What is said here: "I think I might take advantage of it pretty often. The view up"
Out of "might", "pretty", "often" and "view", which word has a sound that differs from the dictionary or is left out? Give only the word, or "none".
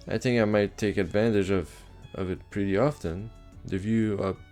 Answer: none